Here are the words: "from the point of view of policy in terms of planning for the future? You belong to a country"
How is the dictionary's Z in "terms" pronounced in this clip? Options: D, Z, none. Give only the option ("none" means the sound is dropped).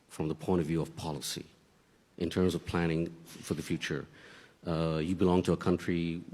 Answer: Z